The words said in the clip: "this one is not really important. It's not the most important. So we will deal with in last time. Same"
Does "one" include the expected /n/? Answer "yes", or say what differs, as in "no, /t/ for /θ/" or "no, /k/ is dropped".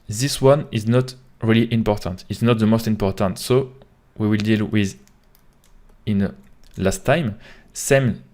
yes